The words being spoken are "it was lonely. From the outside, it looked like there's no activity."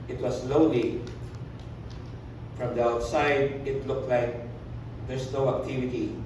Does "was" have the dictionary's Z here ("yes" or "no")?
no